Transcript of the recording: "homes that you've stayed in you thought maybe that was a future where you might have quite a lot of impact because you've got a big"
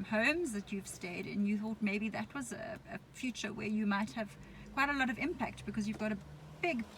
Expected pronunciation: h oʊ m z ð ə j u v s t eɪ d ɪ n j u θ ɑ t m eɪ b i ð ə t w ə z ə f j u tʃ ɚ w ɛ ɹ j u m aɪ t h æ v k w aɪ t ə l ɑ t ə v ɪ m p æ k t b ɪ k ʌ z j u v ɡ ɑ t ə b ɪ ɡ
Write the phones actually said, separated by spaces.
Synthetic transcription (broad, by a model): h oʊ m z ð ə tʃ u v s t eɪ d ɪ n j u θ ɑ t m eɪ b i ð ə t w ə z ə f j u tʃ ɚ w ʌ ɹ j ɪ m aɪ t h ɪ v k w aɪ t ə l ɑ t ə v ɪ m p æ k t b ɪ k ʌ z j u v ɡ ɑ t ə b ɪ ɡ